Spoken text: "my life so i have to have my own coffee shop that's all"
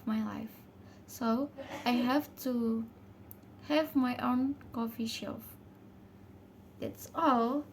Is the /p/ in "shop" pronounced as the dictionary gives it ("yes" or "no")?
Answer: no